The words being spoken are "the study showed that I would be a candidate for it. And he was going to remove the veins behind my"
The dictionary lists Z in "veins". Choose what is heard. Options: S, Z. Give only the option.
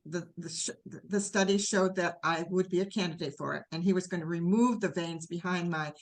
Z